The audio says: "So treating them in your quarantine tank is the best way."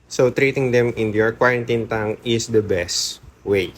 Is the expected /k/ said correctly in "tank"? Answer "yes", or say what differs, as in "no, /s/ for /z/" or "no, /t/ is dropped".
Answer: no, /k/ is dropped